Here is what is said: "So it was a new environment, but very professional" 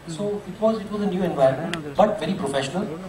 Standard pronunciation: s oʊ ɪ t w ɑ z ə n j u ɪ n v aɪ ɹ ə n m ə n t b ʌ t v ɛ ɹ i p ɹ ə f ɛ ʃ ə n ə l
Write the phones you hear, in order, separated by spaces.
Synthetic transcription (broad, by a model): s oʊ ɪ t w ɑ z ə n j u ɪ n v aɪ ə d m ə n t b ʌ t v ɛ ɹ i p ɹ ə f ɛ ʃ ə n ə l